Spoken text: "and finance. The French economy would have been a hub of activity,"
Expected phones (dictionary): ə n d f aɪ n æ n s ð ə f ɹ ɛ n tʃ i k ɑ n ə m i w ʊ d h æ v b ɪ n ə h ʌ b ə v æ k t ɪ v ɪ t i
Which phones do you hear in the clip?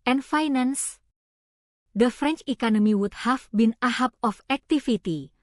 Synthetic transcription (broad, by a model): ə n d f aɪ n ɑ n s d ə f ɹ ɛ n tʃ i k ɑ n ə m i w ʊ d h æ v b ɪ n ə h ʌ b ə f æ k t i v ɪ t i